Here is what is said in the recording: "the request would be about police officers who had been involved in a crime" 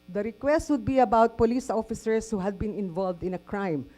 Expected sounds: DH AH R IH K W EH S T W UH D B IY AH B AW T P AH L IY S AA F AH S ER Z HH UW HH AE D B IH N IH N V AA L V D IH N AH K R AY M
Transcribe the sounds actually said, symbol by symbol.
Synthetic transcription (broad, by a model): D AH R IH K W EH S T W UH D B IY AH B AW T P AH L IY S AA F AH S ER S HH UW HH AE D B IH N IH N V AA L V D IH N AH K R AY M